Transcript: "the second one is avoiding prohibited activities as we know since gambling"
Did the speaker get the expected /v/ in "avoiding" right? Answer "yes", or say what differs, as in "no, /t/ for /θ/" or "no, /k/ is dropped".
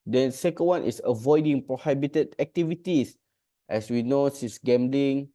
yes